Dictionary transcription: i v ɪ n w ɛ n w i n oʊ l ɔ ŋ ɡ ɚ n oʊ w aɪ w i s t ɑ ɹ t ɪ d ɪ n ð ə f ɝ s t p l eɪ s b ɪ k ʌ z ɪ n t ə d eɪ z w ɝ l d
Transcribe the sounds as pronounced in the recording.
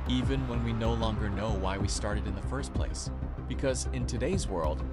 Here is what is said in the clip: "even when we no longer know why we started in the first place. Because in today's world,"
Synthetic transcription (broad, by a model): i v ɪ n w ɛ n w i n oʊ l ɔ ŋ ɡ ɚ n oʊ w aɪ w i s t ɑ ɹ t ɪ d ɪ n ð ə f ɝ s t p l eɪ s b ɪ k ʌ z ɪ n t ə d eɪ z w ɝ l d